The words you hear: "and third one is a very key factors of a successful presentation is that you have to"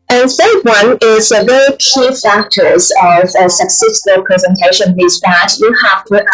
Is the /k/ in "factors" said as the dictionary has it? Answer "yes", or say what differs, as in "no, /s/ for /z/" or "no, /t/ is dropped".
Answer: yes